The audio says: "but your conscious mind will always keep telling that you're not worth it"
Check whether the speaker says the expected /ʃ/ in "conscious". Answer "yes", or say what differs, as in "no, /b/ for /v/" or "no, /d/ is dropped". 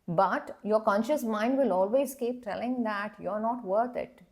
yes